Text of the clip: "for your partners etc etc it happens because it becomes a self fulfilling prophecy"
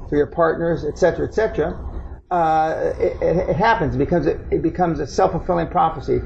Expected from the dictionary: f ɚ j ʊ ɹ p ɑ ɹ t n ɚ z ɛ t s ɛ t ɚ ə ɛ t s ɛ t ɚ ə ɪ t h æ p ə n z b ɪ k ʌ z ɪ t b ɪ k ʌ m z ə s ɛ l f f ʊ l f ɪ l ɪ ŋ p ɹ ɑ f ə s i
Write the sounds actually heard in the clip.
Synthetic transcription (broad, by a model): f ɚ j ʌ ɹ p ɑ ɹ t n ɚ z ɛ t s ɛ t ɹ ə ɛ t s ɛ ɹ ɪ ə ɪ t h æ p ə n z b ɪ k ʌ z ɪ t b ɪ k ʌ m z ə s ɛ l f f ʊ l f ɪ l ɪ ŋ p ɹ ɑ f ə s i